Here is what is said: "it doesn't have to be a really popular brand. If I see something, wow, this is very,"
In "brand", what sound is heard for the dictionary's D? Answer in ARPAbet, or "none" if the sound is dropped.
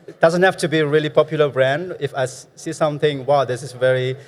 D